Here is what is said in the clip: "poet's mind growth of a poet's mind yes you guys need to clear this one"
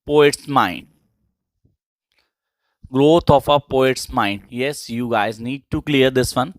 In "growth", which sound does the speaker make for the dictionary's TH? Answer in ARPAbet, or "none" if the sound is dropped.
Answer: T